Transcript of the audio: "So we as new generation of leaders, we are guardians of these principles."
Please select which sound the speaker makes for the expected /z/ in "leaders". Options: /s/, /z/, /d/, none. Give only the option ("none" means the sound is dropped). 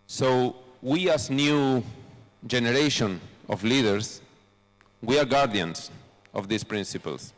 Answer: /s/